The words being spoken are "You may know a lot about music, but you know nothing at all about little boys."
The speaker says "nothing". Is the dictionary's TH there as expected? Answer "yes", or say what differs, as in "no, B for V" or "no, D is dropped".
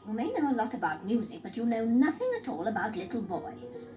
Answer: yes